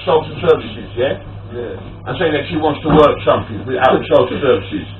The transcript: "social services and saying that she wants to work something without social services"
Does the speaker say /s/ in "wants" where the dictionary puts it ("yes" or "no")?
yes